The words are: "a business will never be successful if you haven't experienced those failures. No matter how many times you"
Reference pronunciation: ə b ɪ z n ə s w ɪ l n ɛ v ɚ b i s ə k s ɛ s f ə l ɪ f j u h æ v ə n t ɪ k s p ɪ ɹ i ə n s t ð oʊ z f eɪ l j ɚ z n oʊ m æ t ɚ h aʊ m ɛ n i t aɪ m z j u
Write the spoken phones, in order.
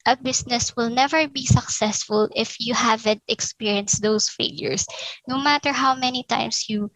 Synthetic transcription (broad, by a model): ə b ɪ s n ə s w ɪ l n ɛ v ɚ b i s ə k s ɛ s f ə l ɪ f j u h æ v ə n t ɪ k s p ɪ ɹ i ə n s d oʊ s f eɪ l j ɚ s n oʊ m æ t ɚ h aʊ m ɛ n i t aɪ m s j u